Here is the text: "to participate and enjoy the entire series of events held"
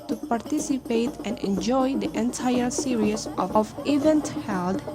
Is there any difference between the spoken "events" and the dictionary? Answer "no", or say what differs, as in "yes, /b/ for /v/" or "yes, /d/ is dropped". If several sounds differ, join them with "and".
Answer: yes, /s/ is dropped